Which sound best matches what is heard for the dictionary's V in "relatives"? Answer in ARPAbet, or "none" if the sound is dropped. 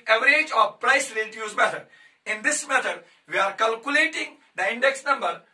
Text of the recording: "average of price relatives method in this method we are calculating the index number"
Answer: none